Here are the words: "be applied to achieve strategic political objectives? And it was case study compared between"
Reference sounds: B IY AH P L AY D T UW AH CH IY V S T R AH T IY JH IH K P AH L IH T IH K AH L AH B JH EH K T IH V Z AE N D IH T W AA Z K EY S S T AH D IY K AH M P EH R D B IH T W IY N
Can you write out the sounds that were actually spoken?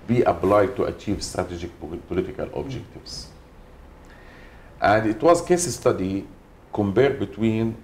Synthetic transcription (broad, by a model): B IY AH B L AY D T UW AH CH IY V S T R AH T IY JH IH K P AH L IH T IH K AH L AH B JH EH K T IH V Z AE N D IH T W AA Z K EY S S T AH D IY K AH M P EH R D B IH T W IY N